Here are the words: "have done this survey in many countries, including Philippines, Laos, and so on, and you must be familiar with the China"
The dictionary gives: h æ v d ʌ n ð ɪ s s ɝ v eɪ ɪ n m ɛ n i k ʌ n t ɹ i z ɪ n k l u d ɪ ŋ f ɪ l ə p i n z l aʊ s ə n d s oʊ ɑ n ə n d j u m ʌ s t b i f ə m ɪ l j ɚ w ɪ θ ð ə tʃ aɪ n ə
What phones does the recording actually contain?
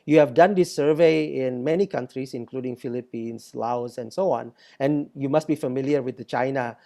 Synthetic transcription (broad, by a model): h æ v d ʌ n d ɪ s s ɝ v eɪ ɪ n m ɛ n i k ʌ n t ɹ i s ɪ n k l u d ɪ ŋ f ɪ l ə p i n s l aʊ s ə n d s oʊ ɑ n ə n j u m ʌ s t b i f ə m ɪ l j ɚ w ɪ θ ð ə tʃ aɪ n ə